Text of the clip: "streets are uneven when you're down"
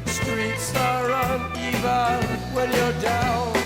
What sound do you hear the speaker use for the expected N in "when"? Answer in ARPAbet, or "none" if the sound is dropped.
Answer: L